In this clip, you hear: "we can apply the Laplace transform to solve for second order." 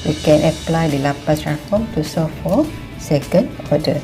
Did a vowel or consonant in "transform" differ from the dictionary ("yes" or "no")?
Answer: yes